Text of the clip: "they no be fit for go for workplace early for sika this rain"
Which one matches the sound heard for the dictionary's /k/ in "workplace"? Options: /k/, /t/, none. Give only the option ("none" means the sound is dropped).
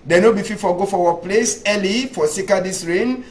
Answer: none